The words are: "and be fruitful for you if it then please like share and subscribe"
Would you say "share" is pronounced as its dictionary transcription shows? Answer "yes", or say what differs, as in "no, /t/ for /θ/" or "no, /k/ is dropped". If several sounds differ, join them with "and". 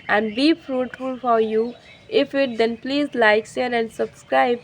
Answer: no, /s/ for /ʃ/